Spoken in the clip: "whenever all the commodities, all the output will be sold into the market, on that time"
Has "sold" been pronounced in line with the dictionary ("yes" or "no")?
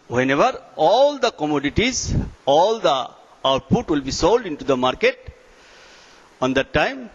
yes